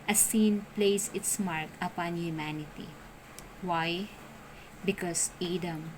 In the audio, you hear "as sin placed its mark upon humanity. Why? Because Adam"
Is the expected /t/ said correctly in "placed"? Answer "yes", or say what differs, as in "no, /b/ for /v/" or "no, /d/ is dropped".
no, /t/ is dropped